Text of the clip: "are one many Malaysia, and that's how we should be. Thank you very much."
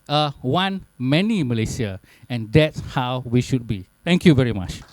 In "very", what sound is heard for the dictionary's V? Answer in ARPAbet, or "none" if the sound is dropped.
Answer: V